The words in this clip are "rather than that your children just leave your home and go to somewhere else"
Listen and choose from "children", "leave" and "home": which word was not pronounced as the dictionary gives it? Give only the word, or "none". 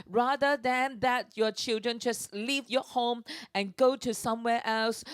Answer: none